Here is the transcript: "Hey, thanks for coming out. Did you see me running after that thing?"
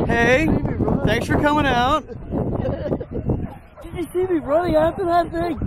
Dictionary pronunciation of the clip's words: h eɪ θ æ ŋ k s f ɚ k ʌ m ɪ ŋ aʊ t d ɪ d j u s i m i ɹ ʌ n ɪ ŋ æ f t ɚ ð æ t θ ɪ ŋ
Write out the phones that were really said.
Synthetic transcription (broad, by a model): h eɪ θ æ ŋ k s f ɚ k ʌ m ɪ ŋ aʊ t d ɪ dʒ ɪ s i m i ɹ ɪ l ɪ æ t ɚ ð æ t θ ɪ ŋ